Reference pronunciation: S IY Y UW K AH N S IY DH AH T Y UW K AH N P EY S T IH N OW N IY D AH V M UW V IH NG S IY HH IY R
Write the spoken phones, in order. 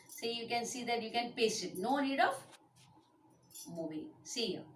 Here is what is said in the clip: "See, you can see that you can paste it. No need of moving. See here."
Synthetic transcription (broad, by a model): S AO Y UW K AH N S IY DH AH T Y UW K AH N P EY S IH N OW N IY D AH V M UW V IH S IY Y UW